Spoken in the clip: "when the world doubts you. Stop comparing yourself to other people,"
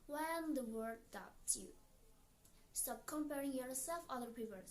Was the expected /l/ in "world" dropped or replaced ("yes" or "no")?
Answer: yes